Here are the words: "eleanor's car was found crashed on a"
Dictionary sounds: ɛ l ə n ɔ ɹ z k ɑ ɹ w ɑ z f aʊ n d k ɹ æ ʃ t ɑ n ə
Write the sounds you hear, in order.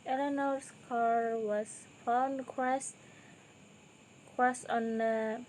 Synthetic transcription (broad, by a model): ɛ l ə n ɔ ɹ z k ɑ ɹ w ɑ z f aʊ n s k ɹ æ s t ɑ n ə